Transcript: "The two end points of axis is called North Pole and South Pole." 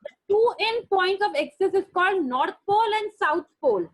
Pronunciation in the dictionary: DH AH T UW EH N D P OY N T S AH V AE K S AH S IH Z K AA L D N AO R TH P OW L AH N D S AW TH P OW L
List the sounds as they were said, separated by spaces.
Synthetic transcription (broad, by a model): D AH T UW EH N P OY N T AH V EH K S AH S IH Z K AA L D N AO R T P OW L AH N D S AW T P OW L